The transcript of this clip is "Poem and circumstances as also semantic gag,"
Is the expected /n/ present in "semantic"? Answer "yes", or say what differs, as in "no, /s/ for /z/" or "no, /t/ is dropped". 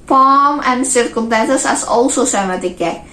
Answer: no, /n/ is dropped